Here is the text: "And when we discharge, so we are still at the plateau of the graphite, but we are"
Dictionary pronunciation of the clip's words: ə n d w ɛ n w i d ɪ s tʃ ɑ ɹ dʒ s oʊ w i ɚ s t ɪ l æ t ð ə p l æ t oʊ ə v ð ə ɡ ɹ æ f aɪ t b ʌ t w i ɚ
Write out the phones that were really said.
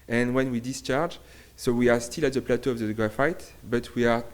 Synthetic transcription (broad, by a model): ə n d w ɛ n w i d ɪ s tʃ ɑ ɹ dʒ s oʊ w i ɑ s t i l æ t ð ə p l æ t oʊ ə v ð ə ɡ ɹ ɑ f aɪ t b ʌ t w i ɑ